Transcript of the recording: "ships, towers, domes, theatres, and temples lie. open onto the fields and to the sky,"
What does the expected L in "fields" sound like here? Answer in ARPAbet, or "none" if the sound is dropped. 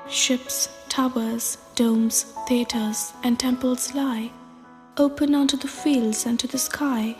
L